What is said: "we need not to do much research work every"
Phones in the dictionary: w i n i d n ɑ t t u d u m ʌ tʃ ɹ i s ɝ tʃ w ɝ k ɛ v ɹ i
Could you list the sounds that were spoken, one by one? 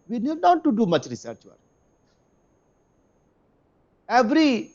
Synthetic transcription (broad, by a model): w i n i d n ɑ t t u d u m ʌ tʃ ɹ i s ɝ tʃ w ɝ ɛ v ɹ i